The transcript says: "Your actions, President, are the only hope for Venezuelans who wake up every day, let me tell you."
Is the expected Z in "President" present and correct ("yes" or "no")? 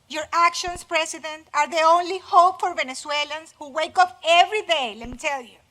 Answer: no